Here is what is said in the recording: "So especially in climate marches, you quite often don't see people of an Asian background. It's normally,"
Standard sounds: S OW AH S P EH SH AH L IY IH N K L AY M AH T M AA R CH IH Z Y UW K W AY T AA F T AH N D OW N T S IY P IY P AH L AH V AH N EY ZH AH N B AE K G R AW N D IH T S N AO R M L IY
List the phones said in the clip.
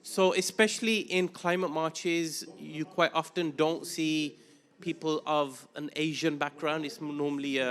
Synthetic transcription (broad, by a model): S OW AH S P EH SH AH L IY IH N K L AY M AH T M AA CH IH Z Y UW K W AY T AA F T AH N D OW N T S IY P IY P AH L AH V AH N EY ZH AH N B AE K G R AW N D IH T S N AO M L IY